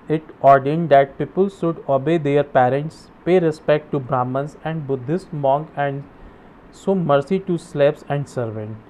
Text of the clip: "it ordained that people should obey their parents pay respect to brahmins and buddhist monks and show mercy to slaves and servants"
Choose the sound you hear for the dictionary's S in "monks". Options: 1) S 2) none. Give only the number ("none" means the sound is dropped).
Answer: 2